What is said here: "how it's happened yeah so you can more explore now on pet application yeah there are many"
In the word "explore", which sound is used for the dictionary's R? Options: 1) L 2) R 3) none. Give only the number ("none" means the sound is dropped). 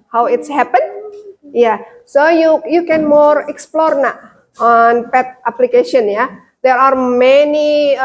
2